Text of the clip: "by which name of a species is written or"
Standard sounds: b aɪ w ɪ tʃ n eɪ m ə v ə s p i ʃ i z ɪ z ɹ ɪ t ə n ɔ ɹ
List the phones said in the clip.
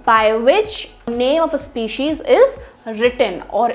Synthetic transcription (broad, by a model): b aɪ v ɪ tʃ n eɪ m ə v ə s p i ʃ i z ɪ z ɹ ɪ t ə n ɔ ɹ